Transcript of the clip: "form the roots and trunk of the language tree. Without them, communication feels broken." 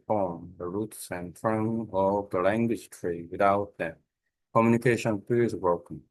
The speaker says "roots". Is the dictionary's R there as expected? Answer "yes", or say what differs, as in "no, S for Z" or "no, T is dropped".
yes